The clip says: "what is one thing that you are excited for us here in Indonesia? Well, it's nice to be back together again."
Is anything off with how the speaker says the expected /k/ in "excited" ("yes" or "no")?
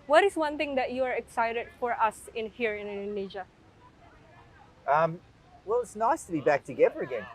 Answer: no